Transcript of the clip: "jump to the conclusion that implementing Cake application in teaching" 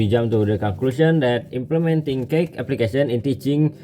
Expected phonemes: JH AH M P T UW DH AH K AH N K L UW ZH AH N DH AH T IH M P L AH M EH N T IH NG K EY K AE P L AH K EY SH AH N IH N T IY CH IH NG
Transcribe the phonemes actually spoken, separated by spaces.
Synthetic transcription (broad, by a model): JH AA M T UW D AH K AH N K L UW SH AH N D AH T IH M P L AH M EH N T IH NG K EY K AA P L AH K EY S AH N IH N T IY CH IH NG